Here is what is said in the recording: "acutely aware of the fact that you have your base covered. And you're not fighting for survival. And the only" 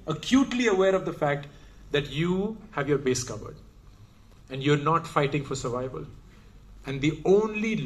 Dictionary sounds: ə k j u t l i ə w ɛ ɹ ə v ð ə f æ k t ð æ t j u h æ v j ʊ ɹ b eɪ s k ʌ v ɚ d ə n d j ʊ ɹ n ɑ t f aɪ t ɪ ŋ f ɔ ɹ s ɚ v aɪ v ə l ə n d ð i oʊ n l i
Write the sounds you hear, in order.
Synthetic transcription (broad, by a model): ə k j u t l i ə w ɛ ɹ ə v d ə f æ k t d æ t j u h æ v j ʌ ɹ b eɪ s k ʌ v ɚ d ə n d j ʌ ɹ n ɑ t f aɪ t ɪ ŋ f ɔ ɹ s ɚ v aɪ v ə l ə n d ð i oʊ n l i